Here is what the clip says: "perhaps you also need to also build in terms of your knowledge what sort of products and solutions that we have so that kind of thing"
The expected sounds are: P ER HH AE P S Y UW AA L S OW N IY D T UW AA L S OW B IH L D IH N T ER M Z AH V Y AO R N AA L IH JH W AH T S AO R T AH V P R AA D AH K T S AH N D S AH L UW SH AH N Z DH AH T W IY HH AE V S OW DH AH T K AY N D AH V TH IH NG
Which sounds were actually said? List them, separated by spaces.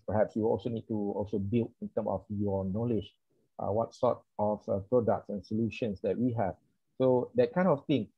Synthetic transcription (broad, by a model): P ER HH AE P S Y UW AA L S OW N IY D T UW AA L S OW B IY L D IH N T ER M AH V Y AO N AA L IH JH W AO T S AO T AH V P R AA D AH K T S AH N S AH L UW SH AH N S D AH T W IY HH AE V S OW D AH T K AY N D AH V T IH NG